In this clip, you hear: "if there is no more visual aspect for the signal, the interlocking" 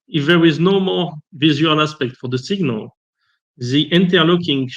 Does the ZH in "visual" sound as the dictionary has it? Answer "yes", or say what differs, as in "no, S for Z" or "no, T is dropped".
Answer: no, Z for ZH